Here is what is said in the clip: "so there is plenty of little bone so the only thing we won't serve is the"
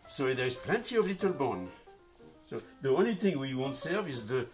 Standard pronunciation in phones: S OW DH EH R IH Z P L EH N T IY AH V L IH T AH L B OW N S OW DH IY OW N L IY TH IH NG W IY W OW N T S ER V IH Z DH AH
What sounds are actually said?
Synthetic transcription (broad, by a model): S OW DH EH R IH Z P L EH N T IY AH V L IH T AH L B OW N S OW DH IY OW N L IY TH IH NG W IY W OW N T S ER V IH Z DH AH